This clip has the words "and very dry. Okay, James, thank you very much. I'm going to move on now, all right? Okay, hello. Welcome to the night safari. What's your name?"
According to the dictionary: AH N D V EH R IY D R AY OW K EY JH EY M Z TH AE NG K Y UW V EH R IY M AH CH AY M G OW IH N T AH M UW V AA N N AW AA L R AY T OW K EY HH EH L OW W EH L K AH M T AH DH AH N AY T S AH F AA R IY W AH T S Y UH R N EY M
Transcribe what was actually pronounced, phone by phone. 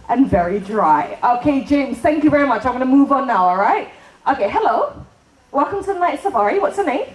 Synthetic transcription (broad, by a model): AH N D V EH R IY D R AY OW K EY JH EY M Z TH AE NG K Y UW V EH R IY M AH CH AY M G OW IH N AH M UW V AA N N AW AA L R AY T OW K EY HH EH L OW W EH L K AH M T AH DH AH N AY T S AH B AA R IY W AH T S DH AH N EY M